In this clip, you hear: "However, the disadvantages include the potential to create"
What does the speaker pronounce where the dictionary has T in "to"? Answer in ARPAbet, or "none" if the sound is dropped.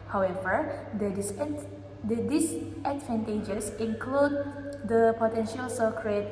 S